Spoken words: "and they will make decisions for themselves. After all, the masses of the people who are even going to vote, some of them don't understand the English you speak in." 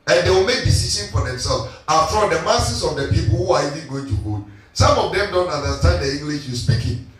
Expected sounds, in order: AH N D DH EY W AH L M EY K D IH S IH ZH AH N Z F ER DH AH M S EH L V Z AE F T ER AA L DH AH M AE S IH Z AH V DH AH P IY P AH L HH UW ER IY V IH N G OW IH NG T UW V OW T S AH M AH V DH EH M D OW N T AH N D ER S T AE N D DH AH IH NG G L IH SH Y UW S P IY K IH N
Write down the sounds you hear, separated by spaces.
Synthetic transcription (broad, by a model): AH N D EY W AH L M EY K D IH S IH SH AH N F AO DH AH M S EH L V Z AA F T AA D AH M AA S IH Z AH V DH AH P IY P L HH UW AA IY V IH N G OW IH NG T UW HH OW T S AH M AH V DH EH M D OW N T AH N D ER S T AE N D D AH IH NG G L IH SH Y UW S P IY K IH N